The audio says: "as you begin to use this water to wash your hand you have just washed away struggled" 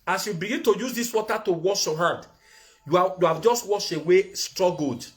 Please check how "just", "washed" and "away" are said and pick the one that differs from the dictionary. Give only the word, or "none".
washed